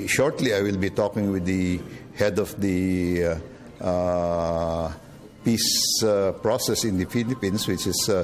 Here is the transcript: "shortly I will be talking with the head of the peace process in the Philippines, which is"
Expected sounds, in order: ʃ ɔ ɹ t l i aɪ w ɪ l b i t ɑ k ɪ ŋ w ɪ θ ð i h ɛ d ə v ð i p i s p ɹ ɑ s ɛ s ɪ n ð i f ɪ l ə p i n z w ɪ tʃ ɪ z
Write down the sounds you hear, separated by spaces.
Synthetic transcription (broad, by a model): ʃ ɔ ɹ t l i aɪ w ɪ l b i t ɑ k ɪ ŋ w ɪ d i h ɛ d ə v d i p i s p ɹ ɑ s ɛ s ɪ n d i f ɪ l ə p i n s w ɪ tʃ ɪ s